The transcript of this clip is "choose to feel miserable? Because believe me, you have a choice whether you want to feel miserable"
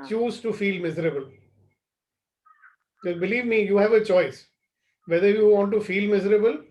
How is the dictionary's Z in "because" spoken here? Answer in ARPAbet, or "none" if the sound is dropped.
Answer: none